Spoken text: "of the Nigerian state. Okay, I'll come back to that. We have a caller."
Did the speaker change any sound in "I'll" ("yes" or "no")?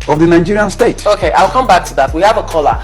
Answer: no